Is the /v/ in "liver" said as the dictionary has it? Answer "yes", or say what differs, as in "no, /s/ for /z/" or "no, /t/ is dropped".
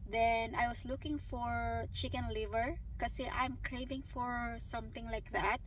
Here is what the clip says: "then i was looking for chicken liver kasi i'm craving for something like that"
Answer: yes